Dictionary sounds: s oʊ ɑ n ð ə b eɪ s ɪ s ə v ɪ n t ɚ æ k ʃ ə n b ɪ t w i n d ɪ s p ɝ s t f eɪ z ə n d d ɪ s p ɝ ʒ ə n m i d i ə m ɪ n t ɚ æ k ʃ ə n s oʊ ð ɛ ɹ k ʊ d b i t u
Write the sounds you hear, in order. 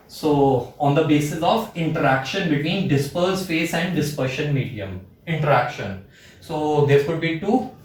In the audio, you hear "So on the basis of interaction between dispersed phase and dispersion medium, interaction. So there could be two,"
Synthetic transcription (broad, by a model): s oʊ ɑ n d ə b eɪ s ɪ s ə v ɪ n t ɚ æ k ʃ ə n b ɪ t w i n d ɪ s p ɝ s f eɪ s ə n d d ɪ s p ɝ ʃ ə n m i d i ə m ɪ n t ɚ æ k ʃ ə n s oʊ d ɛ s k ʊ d b i t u